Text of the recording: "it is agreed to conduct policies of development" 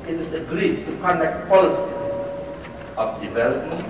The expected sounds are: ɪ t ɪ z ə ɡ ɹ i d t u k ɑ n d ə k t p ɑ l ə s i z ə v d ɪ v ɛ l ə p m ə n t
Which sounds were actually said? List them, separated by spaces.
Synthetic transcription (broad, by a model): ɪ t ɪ s ə ɡ ɹ i d t u k ɑ n d ə k t p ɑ l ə s i ə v d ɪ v ɛ l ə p m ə n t